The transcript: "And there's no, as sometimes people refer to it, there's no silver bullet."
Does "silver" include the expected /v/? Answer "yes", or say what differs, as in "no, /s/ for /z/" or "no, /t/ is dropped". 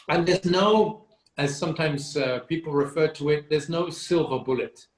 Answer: yes